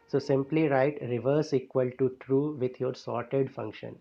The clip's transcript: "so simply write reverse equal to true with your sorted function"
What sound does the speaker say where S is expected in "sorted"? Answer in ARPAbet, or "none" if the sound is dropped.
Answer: S